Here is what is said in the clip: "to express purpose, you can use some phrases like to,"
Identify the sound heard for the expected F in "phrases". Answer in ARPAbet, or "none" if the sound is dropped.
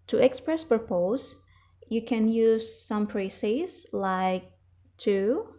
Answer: P